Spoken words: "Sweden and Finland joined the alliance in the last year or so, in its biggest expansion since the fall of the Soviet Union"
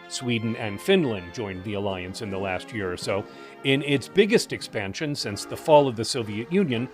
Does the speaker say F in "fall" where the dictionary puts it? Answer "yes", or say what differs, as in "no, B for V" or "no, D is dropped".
yes